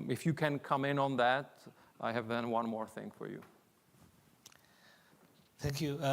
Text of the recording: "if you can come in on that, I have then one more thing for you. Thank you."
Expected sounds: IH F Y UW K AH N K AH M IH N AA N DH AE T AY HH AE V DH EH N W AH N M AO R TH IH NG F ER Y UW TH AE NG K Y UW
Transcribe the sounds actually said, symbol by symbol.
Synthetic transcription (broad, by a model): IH F Y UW K AH N K AH M IH N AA N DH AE T AY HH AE V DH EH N W AH N M AO R TH IH NG F ER Y UW TH AE NG K Y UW